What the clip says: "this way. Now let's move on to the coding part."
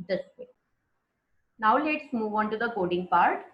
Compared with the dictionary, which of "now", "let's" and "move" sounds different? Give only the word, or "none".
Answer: none